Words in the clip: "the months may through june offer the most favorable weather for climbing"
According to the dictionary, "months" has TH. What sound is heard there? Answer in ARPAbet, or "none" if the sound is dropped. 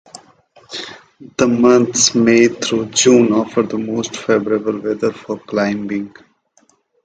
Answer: T